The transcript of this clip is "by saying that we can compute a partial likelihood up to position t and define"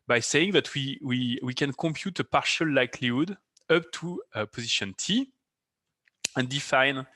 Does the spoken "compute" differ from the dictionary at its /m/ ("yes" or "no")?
no